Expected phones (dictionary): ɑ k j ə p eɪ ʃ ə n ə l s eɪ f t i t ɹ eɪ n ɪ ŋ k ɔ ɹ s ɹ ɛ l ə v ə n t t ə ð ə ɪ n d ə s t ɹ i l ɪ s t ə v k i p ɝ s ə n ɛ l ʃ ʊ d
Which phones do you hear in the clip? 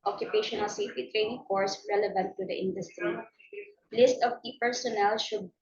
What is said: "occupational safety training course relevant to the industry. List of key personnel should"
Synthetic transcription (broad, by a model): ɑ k j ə p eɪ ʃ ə n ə l s eɪ f t i t ɹ eɪ n ɪ ŋ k ɔ ɹ s ɹ ɛ l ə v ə n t t ə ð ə ɪ n d ə s t ɹ i l ɪ s t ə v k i p ɝ s ə n ɛ l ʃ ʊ d